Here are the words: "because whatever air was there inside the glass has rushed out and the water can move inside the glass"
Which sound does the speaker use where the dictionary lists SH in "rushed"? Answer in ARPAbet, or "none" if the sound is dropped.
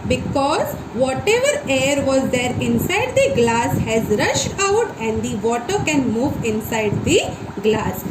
SH